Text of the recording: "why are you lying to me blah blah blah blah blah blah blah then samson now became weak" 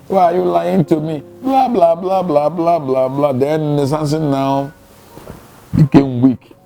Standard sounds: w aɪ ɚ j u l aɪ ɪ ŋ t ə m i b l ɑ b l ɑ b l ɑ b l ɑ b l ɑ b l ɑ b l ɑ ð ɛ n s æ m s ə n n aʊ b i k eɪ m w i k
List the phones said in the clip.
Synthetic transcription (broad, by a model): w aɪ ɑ j u l aɪ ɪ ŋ t ə m i b l ɑ b l ɑ b l ɑ b l ɑ b l ɑ b l ɑ b l ɑ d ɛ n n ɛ s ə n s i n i k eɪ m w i k